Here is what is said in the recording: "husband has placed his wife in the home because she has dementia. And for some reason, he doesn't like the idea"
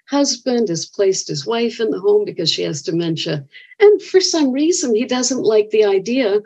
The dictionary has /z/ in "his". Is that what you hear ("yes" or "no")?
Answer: yes